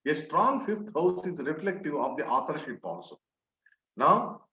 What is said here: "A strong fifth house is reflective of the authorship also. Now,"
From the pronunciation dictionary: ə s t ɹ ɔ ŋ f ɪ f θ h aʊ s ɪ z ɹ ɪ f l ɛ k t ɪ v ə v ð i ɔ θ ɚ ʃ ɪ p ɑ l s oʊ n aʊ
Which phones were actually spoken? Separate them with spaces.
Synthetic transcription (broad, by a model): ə s t ɹ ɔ ŋ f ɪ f t h aʊ s ɪ z ɹ ɪ f l ɛ k t ɪ v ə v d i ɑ t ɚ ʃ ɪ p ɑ n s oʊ n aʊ